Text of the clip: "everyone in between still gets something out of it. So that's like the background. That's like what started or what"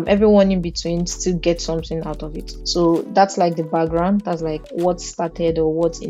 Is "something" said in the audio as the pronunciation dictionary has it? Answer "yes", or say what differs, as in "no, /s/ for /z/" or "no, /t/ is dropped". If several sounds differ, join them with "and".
yes